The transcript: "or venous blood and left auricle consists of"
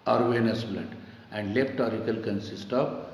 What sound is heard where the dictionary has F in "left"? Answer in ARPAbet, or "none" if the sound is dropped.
P